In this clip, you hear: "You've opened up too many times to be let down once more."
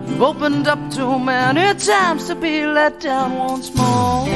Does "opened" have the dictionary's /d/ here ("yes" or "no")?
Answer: yes